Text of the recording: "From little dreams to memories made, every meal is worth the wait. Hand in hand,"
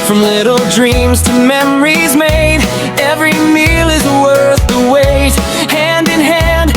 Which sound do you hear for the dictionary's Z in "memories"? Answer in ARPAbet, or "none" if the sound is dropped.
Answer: Z